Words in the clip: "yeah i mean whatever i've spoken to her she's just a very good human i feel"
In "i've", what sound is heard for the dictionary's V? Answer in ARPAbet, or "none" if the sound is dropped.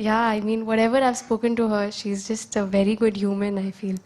V